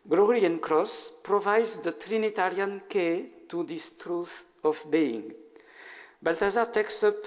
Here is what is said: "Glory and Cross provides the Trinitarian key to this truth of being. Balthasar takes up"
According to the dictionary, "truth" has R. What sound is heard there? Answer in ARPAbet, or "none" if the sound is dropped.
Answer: R